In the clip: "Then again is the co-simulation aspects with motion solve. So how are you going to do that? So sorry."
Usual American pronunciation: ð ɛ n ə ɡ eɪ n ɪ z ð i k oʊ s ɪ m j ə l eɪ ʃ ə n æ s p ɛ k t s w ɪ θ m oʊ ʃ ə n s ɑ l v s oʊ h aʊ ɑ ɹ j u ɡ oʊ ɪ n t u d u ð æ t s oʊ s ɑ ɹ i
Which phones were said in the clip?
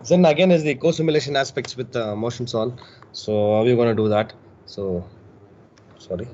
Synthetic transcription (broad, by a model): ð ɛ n ə ɡ eɪ n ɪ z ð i k oʊ s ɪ m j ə l eɪ ʃ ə n æ s p ɛ k t s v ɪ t m oʊ ʃ ə n s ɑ l s oʊ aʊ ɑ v j u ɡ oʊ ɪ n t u d u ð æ t s oʊ s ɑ ɹ i